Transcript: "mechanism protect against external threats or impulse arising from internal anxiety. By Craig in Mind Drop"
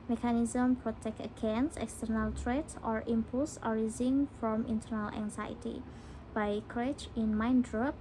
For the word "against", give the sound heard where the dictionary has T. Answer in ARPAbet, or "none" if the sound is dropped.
none